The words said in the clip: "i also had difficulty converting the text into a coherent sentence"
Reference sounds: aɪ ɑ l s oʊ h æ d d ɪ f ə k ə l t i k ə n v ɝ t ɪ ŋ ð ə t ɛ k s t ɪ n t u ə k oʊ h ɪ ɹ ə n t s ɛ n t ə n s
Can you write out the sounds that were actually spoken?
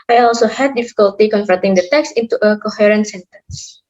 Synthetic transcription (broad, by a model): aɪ ɑ l s oʊ h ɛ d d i f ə k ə l t i k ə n f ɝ t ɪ ŋ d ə t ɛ k s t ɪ n t u ə k oʊ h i ɹ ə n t s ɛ n t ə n s